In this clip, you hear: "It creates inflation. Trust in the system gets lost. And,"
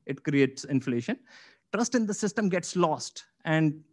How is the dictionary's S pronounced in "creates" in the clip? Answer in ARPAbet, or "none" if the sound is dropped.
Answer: S